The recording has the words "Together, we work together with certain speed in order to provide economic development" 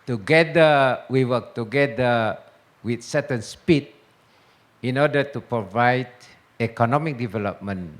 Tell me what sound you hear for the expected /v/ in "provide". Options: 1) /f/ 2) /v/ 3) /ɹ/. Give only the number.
2